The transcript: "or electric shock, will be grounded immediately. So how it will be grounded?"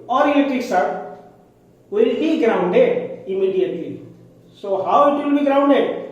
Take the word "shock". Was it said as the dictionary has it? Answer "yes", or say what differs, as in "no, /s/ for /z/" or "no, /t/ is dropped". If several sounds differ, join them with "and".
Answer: no, /s/ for /ʃ/